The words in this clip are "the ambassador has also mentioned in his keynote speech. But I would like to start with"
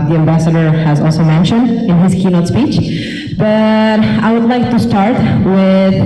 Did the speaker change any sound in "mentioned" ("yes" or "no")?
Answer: no